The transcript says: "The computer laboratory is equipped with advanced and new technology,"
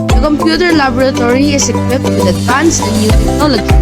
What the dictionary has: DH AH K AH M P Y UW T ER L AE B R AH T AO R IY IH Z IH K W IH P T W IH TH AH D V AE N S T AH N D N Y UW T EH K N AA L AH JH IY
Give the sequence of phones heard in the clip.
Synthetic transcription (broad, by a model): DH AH K AH M P Y UW T ER L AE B R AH T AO R IY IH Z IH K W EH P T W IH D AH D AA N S AH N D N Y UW T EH K N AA L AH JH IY